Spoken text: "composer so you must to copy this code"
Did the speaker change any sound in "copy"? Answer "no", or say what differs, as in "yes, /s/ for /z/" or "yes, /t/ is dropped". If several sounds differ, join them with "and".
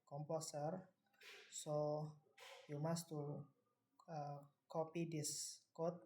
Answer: no